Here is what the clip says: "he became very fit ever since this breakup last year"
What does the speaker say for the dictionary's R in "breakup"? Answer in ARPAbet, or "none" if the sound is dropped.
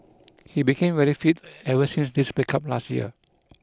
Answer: none